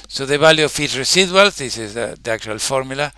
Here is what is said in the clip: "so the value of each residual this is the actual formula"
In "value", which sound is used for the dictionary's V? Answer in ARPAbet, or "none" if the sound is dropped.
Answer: B